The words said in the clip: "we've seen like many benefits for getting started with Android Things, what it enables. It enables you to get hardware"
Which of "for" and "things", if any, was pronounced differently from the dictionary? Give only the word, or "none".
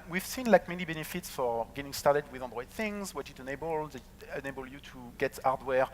none